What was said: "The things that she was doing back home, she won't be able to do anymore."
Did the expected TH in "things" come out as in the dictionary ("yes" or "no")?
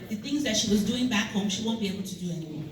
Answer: yes